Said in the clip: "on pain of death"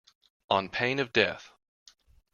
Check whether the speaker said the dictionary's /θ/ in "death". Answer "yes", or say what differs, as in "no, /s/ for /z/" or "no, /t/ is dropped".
yes